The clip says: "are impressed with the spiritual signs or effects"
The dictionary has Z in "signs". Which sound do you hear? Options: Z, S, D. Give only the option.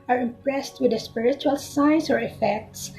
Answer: S